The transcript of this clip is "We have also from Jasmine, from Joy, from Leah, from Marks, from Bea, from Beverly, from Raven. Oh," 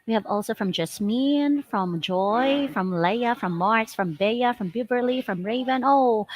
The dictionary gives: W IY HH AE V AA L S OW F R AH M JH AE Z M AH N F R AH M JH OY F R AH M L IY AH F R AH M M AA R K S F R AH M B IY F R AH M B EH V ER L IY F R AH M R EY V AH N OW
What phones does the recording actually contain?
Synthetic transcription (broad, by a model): W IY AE V AA L S OW F R AH M JH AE S M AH N F R AH M JH OY F R AH M L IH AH F R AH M M AA R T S F R AH M B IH F R AH M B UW B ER L IY F R AH M R EY V AH N OW